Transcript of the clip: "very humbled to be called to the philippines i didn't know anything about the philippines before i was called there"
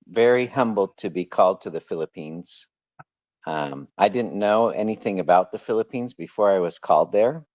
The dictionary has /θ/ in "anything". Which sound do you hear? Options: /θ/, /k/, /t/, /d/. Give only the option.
/θ/